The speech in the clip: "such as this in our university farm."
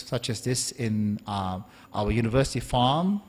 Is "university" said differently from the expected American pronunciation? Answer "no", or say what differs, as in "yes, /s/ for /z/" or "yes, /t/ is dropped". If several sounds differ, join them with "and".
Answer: no